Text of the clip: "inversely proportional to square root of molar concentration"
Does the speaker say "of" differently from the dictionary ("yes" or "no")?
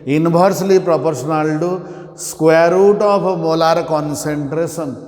yes